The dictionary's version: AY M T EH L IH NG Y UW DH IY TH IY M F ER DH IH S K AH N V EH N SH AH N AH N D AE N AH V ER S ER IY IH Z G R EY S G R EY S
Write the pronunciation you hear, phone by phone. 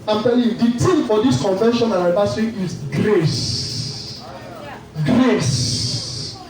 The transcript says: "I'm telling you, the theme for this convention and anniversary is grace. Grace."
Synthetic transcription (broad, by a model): AY M T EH L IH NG Y UW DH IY T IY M F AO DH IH S K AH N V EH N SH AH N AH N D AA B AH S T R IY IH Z G R EY S G R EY S